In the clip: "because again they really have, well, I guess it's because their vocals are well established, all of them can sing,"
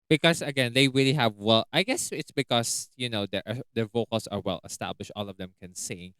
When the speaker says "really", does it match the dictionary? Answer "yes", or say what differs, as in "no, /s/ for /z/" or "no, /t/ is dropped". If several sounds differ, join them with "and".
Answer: yes